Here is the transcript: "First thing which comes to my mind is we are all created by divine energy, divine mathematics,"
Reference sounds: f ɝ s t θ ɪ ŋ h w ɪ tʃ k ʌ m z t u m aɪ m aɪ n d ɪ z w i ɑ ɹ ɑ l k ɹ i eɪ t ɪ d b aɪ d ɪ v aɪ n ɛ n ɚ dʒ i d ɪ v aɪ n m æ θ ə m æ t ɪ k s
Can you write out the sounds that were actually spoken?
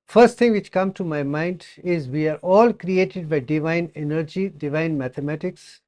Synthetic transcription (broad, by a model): f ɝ s t t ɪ ŋ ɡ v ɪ tʃ k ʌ m t u m aɪ m aɪ n d ɪ z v i ɑ ɹ ɑ l k ɹ i eɪ t ɪ d b aɪ d ɪ v aɪ n ɛ n ɚ dʒ i d ɪ v aɪ n m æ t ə m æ t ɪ k s